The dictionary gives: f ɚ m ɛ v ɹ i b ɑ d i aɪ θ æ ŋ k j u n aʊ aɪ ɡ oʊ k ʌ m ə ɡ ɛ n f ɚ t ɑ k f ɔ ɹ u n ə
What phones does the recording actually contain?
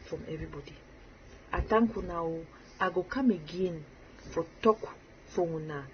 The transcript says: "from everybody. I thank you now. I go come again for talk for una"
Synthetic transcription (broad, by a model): f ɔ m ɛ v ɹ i b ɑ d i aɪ t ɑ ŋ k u n aʊ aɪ ɡ oʊ k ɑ m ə ɡ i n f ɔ t ɑ k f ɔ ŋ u n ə